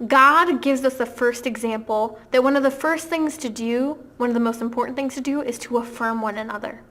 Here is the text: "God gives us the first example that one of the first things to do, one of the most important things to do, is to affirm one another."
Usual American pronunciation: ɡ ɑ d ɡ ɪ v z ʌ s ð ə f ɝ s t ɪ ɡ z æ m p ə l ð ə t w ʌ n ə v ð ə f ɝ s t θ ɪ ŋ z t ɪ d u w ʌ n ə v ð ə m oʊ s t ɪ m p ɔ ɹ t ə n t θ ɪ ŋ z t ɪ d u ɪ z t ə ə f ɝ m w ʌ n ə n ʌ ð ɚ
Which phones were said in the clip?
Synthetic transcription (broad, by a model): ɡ ɑ d ɡ ɪ v z ʌ s ð ə f ɝ s t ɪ ɡ z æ m p l ð ə t w ʌ n ə v ð ə f ɝ s t θ ɪ ŋ z t ɪ d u w ʌ n ə v ð ə m oʊ s t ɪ m p ɔ ɹ t n θ ɪ ŋ z t ɪ d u ɪ z t ə ə f ɝ m w ʌ n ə n ʌ ð ɚ